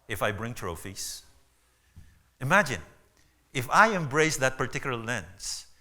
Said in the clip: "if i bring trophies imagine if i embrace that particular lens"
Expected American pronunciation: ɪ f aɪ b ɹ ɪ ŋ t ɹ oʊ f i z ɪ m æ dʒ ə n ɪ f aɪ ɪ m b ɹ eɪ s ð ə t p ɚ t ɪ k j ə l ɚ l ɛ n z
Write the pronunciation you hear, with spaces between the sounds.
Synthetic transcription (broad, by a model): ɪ f aɪ b ɹ ɪ ŋ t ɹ oʊ f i s ɪ m æ dʒ ə n ɪ f aɪ ɪ m b ɹ eɪ s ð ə t p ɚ t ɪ k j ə l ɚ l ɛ n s